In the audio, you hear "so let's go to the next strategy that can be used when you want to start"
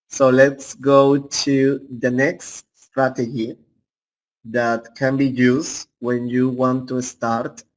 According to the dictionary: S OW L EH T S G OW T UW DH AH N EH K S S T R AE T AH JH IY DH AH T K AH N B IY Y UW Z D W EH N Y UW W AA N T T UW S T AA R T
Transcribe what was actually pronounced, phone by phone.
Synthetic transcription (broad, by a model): S OW L EH T S G OW T UW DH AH N EH K S S T R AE T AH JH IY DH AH T K AH N B IY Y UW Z W EH N Y UW W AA N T T UW S T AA R T